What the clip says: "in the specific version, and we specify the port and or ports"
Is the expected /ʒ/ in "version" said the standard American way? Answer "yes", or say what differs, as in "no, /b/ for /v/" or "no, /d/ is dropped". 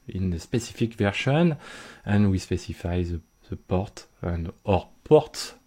no, /ʃ/ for /ʒ/